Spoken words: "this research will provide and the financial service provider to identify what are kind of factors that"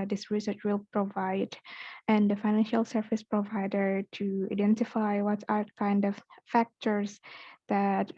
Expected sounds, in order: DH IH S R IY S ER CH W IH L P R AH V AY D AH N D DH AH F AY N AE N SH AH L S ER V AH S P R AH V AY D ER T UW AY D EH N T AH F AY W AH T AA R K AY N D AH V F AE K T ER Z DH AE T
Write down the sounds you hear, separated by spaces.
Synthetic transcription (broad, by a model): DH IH S R IY S ER CH W IH L P R AH V AY D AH N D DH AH F AY N AE N SH AH L S ER V AH S P R AH V AY D ER T UW AY D EH N T AH F AY W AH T AA R K AY N D AH V F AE K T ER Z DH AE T